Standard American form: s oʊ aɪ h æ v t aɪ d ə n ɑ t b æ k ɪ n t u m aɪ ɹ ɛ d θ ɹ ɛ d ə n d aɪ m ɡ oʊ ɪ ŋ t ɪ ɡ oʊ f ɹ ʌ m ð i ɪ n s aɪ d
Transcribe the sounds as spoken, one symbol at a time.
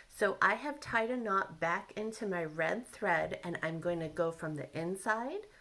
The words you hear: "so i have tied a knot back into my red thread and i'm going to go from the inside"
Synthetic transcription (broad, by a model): s oʊ aɪ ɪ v t aɪ d ə n ɑ t b æ k ɪ n t u m aɪ ɹ ɛ d θ ɹ ɛ d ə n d aɪ m ɡ oʊ ɪ ŋ t ɪ ɡ oʊ f ɹ ʌ m ð i ɪ n s aɪ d